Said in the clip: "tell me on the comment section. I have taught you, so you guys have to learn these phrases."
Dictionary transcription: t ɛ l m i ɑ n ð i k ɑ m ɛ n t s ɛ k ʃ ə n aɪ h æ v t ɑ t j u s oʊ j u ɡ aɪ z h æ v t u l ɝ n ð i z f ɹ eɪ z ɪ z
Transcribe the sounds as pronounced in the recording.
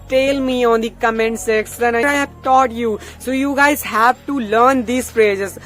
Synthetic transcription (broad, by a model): t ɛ l m i ɑ n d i k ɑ m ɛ n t s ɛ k s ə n aɪ h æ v t ɑ t j u s oʊ j u ɡ aɪ z h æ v t u l ɝ n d i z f ɹ eɪ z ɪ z